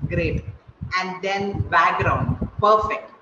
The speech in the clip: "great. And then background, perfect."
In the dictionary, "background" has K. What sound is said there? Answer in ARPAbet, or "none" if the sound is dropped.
none